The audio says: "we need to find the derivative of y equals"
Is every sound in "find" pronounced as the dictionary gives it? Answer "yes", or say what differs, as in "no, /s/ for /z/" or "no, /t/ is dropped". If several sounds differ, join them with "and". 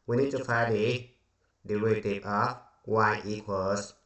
no, /n/ is dropped